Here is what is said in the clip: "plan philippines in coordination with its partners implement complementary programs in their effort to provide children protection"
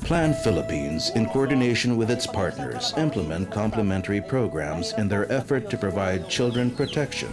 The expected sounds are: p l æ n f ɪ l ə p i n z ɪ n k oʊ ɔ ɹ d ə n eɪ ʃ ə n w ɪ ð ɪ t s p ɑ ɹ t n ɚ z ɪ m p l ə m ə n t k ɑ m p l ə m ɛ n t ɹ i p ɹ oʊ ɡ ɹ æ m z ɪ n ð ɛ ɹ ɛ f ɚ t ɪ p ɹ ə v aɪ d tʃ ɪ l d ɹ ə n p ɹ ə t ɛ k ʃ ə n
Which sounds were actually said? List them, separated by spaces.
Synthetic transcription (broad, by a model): p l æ n f ɪ l ə p i n z ɪ n k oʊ ɔ ɹ d n eɪ ʃ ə n w ɪ ð ɪ t s p ɑ ɹ t n ɚ z ɪ m p l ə m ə n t k ɑ m p l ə m ɛ n t ɹ i p ɹ oʊ ɡ ɹ æ m z ɪ n ð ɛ ɹ ɛ f ɚ t ɪ p ɹ ə v aɪ d tʃ ɪ l d ɹ ə n p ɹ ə t ɛ k ʃ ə n